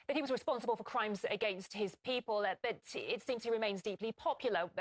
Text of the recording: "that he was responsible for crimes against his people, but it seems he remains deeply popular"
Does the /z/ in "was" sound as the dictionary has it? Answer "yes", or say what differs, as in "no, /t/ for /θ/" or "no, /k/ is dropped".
yes